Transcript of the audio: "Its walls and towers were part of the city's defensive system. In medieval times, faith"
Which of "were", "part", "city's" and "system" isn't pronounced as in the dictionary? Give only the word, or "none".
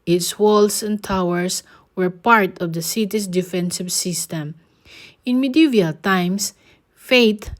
city's